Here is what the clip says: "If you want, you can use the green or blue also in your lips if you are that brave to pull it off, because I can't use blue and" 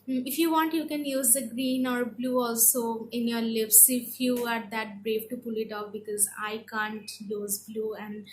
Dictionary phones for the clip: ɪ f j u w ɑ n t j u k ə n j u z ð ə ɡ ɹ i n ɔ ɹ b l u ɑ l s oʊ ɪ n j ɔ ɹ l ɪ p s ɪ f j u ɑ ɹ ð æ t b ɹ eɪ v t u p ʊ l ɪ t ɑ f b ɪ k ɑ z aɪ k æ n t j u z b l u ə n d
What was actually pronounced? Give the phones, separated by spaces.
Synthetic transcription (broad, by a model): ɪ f j u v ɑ n t j u k ə n j u z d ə ɡ ɹ i n ɔ ɹ b l u ɑ l s oʊ ɪ n j ɔ ɹ l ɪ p s ɪ f j u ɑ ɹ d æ t b ɹ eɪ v t u p ʊ l ɪ t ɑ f b ɪ k ɑ z aɪ k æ n t j u z b l u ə n d